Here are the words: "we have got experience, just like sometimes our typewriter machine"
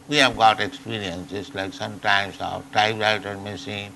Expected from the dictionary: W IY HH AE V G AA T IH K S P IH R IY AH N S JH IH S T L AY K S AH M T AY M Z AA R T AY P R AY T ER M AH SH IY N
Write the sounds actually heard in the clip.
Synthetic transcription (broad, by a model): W IY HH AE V G AA T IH K S P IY R IY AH N S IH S L AY K S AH M T AY M S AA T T AY B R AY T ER M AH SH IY N